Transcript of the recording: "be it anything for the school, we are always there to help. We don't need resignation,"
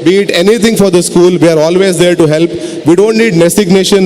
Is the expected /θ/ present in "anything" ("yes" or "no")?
no